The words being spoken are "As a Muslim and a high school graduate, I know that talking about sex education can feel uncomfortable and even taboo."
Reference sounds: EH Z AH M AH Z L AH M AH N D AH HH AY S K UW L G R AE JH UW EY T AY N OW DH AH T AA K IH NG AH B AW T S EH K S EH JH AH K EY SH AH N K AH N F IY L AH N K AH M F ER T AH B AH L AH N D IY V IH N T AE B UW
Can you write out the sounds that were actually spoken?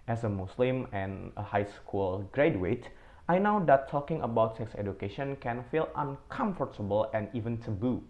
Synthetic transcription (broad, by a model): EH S AH M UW S L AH M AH N AH HH AY S K UW L G R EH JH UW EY T AY N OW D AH T AA K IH NG AH B AW T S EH K S EH JH AH K EY SH AH N K AH N F IY L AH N K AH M F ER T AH B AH L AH N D IY V IH N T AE B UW